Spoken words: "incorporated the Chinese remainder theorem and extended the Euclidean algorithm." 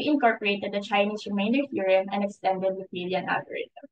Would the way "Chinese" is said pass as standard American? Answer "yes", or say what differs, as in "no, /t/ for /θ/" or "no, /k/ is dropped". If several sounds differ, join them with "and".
no, /s/ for /z/